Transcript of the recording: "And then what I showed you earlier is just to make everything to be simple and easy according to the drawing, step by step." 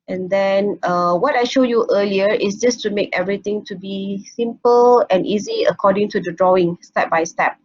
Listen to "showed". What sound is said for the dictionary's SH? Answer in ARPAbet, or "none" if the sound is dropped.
SH